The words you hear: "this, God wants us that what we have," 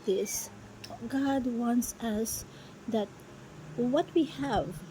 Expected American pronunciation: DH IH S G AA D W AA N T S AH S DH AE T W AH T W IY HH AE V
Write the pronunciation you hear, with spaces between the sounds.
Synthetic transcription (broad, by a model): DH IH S G AA D W AA N T S AH S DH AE T W AH T W IY HH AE V